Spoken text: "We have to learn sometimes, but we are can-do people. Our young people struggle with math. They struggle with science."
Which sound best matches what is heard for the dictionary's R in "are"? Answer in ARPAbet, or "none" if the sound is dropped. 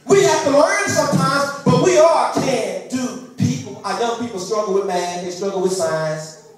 L